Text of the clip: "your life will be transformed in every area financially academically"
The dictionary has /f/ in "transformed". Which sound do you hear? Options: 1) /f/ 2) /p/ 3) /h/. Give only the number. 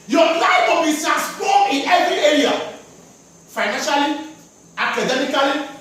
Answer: 2